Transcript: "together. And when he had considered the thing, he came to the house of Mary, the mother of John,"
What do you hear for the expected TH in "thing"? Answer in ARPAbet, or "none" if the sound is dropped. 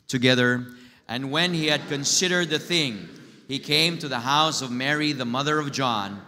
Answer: TH